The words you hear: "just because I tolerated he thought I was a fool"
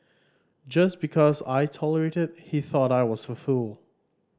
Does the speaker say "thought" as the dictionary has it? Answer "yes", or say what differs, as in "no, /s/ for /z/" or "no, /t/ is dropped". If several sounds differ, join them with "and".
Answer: yes